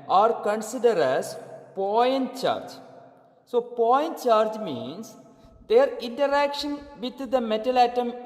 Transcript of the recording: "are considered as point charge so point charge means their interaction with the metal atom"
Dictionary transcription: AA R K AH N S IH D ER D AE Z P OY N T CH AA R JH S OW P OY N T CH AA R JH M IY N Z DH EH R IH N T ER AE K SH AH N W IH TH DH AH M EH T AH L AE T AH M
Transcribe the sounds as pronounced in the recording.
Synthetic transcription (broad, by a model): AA R K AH N S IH D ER D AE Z P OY N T CH AA R JH S OW P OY N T CH AA R JH M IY N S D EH R IH N T ER AE K SH AH N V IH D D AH M EH T AH L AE T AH M